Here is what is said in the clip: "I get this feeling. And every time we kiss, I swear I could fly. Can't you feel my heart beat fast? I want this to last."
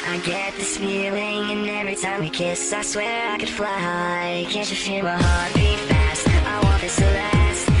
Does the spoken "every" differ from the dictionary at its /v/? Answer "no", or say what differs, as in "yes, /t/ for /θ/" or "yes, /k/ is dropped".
no